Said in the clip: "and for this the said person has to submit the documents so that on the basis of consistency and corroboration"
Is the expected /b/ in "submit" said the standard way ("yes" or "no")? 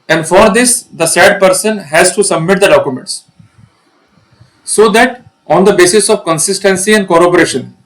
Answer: yes